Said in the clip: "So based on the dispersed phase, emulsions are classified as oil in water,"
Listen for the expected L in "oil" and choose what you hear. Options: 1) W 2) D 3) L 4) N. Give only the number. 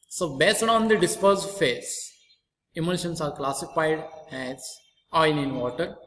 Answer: 4